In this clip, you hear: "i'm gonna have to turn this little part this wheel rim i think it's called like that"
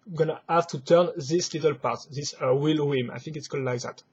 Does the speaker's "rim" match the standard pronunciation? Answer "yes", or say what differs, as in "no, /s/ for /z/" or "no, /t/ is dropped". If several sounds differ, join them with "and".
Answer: no, /w/ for /ɹ/